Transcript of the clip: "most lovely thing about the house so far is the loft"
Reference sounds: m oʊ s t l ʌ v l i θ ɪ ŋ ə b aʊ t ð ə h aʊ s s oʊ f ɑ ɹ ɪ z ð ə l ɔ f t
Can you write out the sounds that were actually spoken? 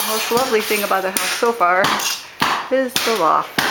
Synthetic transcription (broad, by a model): m oʊ s t l ʌ v l i θ ɪ ŋ ə b aʊ t ð ə h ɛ θ s oʊ f ɑ ɹ ɪ z ð ə l ɔ